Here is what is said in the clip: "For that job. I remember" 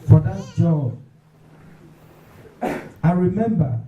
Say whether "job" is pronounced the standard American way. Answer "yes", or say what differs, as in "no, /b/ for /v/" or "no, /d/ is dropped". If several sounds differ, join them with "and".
no, /b/ is dropped